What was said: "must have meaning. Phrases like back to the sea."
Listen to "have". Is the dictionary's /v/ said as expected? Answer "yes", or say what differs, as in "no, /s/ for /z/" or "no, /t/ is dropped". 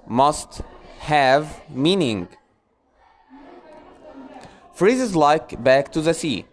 yes